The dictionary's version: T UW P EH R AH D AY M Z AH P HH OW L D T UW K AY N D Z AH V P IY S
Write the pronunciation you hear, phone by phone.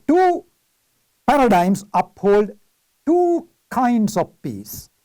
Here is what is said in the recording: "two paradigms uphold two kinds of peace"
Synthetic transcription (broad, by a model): T UW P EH R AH D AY M S AH P HH OW L D T UW K AY N D S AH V P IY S